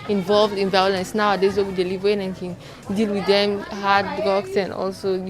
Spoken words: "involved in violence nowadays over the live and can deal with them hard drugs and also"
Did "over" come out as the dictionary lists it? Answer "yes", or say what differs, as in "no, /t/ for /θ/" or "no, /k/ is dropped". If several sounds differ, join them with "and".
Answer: no, /w/ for /v/